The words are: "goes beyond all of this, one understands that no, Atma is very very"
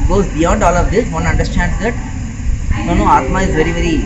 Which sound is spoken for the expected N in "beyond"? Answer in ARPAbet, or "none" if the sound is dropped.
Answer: none